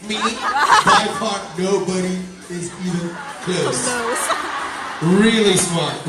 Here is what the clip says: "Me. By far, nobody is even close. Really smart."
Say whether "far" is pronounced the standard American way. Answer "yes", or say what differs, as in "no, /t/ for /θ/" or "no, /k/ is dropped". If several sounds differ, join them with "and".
no, /p/ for /f/